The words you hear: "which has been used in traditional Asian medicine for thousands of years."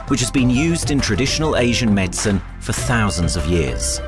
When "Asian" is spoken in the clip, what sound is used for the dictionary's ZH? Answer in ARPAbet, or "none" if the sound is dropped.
ZH